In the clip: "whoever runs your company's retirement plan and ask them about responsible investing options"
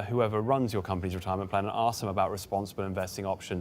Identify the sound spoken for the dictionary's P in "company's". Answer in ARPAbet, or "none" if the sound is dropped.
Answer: P